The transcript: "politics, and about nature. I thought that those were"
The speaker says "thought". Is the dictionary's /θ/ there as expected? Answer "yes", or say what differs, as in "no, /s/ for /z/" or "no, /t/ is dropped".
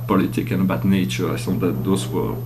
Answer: no, /s/ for /θ/